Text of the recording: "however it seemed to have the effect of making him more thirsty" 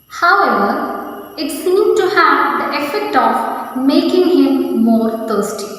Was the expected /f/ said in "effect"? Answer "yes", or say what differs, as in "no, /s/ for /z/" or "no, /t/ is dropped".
yes